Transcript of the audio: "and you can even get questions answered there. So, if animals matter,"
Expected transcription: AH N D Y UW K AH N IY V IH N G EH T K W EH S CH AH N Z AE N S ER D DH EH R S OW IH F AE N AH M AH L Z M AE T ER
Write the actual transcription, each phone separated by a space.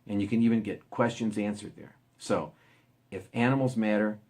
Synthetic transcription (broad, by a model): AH N Y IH K AH N IY V IH N G EH T K W EH S CH AH N Z AE N S ER D DH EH R S OW IH F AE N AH M L Z M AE T ER